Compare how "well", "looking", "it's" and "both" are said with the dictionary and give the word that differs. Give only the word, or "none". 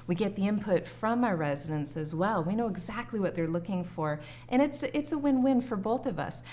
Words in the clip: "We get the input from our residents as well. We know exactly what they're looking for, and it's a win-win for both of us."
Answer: none